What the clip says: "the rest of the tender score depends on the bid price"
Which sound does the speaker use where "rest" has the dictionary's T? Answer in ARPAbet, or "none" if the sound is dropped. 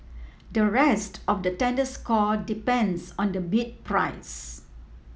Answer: T